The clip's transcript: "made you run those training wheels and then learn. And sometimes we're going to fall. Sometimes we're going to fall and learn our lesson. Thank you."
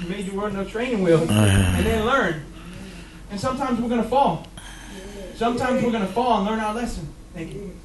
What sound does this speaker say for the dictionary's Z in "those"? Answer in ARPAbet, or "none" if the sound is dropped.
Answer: none